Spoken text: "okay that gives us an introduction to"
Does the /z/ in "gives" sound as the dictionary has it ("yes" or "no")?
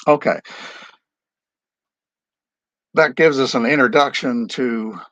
yes